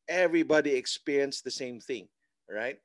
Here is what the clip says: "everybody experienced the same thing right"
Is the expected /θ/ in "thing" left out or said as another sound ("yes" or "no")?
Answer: no